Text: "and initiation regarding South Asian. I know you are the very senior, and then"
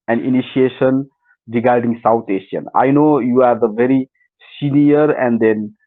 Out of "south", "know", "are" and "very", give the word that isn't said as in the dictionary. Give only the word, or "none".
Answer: south